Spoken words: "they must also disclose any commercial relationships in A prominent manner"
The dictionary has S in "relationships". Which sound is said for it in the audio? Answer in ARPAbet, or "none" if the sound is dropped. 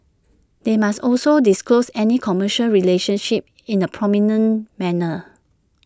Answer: none